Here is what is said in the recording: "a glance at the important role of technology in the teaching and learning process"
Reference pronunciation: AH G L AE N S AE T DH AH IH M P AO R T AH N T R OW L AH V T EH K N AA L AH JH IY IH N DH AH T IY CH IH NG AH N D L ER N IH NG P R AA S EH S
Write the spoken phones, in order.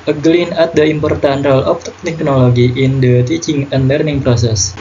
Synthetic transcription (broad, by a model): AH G L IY N AA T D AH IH M P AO R T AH N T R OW L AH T T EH K N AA L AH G IY IH N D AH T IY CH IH NG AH N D L ER N IH NG P R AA S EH S